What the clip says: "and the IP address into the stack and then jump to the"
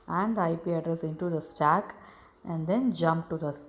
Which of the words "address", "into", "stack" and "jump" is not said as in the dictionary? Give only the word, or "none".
none